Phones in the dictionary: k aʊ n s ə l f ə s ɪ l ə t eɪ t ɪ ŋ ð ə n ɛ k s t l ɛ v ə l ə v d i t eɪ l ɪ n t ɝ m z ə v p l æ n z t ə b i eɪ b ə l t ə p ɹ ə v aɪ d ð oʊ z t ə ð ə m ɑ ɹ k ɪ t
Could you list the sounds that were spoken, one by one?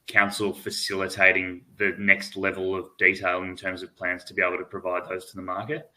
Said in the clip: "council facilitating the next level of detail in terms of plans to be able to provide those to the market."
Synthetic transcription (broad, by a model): k aʊ n s l f ə s ɪ l ə t eɪ t ɪ ŋ ð ə n ɛ k s t l ɛ v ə l ə v d i t eɪ l ɪ n t ɝ m z ə v p l æ n z t ə b i eɪ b l t ə p ɹ ə v aɪ d ð oʊ z t ə ð ə m ɑ ɹ k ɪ t